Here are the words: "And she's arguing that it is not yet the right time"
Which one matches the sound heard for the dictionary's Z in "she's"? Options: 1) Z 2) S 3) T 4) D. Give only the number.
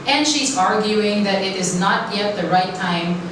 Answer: 1